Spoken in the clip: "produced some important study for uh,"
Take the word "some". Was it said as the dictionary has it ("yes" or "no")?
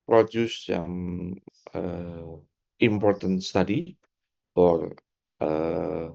no